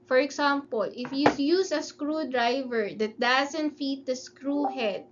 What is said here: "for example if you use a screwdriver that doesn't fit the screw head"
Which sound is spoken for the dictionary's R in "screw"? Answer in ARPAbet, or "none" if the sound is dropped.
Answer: R